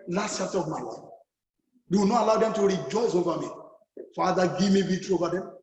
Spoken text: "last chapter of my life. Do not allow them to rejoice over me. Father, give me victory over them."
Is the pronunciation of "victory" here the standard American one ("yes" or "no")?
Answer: no